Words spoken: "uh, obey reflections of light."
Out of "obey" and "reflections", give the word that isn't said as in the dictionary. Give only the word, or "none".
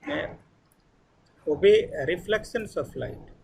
reflections